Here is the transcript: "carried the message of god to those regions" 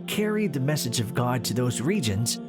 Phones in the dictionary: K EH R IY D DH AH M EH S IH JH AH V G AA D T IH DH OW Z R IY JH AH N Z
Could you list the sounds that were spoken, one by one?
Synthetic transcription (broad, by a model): K EH R IY D DH AH M EH S IH JH AH V G AA D T IH DH OW Z R IY JH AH N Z